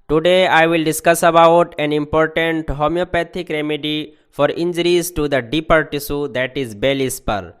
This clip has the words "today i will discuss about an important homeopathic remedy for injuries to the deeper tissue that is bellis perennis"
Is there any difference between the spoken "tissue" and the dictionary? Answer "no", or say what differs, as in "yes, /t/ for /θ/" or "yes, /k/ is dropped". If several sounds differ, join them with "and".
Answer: yes, /s/ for /ʃ/